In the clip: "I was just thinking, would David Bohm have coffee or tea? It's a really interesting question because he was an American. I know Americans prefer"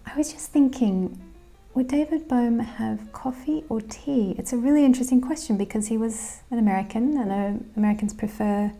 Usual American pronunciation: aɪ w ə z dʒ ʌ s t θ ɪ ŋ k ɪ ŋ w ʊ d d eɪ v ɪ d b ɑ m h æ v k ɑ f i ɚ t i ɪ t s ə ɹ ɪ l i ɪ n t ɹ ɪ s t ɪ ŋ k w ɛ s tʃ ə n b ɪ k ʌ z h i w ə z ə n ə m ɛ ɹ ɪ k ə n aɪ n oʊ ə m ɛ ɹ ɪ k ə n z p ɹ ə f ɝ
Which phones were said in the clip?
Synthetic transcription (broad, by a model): aɪ w ə z dʒ ʌ s θ ɪ ŋ k ɪ ŋ w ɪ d d eɪ v ɪ d b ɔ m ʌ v k ɑ f i ɚ t i ɪ t s ə ɹ ɪ l i ɪ n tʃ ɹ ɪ s t ɪ ŋ k w ɛ s tʃ ə n b ɪ k ʌ z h i w ə z ə n ə m ɛ ɹ ɪ k ə n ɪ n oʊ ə m ɛ ɹ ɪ k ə n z p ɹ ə f ɝ